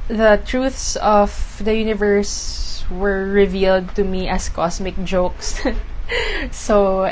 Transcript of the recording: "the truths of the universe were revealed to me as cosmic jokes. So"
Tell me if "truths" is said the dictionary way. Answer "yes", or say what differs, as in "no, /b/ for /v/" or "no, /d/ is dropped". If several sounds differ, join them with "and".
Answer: yes